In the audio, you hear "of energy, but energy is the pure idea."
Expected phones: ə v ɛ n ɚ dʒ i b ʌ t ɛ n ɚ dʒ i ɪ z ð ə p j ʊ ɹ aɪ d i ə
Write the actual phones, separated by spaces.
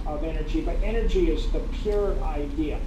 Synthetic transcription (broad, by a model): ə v ɛ n ɚ dʒ i b ʌ t ɛ n ɚ dʒ i ɪ z ð ə p j ʊ ɹ aɪ d i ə